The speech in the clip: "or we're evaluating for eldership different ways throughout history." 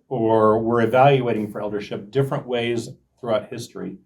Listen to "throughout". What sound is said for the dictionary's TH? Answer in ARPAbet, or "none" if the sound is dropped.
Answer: TH